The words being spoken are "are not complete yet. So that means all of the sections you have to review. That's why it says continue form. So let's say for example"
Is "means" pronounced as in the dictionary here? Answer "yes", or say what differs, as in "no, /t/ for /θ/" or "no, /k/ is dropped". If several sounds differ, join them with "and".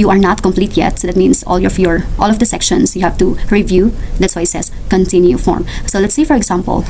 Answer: no, /s/ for /z/